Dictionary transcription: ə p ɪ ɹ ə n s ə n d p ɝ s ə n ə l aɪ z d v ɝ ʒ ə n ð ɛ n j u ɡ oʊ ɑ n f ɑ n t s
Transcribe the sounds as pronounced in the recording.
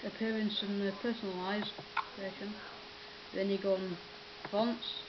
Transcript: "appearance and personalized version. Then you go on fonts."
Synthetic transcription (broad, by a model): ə p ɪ ɹ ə n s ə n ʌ p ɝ s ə n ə l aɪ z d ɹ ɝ ʃ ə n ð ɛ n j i ɡ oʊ ɑ n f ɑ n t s